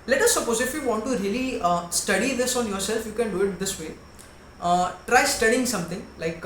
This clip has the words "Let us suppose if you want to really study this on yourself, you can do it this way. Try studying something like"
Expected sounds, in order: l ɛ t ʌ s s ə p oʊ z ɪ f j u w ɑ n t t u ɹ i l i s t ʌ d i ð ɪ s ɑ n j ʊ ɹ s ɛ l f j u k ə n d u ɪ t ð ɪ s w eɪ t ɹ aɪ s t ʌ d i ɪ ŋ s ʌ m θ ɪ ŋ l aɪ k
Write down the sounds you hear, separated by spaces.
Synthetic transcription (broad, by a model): l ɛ t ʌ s s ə p oʊ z ɪ f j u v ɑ n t t u ɹ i l i s t ʌ d i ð ɪ s ɑ n j ʊ ɹ s ɛ l f j u k ə n d u ɪ t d ɪ s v eɪ t ɹ aɪ s t ʌ d i ɪ ŋ s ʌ m t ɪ ŋ l aɪ k